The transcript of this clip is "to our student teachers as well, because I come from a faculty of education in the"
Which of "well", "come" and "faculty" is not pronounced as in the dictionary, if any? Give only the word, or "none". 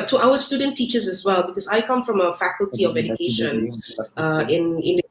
none